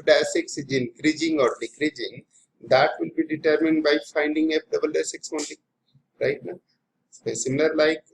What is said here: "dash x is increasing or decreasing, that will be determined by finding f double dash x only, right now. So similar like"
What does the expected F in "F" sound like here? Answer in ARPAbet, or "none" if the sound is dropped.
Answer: P